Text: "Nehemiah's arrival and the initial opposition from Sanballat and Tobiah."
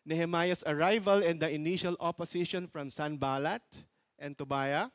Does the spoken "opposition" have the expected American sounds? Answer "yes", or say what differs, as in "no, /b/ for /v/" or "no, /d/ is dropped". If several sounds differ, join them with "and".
no, /s/ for /z/